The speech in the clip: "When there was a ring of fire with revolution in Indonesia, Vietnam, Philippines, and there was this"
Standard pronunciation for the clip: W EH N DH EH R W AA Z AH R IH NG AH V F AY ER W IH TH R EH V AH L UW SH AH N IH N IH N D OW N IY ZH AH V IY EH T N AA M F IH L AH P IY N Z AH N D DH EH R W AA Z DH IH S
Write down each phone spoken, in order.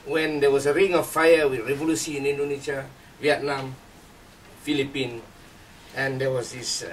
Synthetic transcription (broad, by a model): W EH N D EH W AA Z AH R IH NG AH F AY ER W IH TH R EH V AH L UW S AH N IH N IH N D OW N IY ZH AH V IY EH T N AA M F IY L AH P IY N AH N D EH W AA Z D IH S